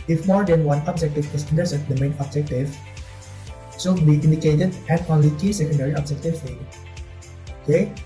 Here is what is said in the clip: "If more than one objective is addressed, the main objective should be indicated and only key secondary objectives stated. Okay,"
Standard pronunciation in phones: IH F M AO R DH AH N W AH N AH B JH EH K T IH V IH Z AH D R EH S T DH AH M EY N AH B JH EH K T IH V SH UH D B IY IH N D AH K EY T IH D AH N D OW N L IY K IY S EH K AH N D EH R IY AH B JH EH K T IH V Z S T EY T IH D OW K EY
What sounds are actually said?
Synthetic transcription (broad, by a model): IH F M AO R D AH N W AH N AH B JH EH K T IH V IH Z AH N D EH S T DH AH M EY N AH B JH EH K T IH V S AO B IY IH N D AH K EY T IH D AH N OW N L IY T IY S EH K AH N D EH R IY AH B JH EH K T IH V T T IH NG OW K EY